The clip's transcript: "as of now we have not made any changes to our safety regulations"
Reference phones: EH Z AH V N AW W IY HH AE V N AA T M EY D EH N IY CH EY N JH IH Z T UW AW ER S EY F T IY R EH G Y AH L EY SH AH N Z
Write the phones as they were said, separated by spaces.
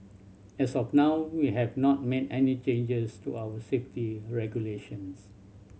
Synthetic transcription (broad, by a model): EH S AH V N AW W IY HH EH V N AA T M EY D EH N IY CH EY N JH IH S T UW AW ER S EY F T IY R EH G Y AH L EY SH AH N S